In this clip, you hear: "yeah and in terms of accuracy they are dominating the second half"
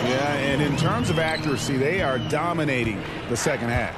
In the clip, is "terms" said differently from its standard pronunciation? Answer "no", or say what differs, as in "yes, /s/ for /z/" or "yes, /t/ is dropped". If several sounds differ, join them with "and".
no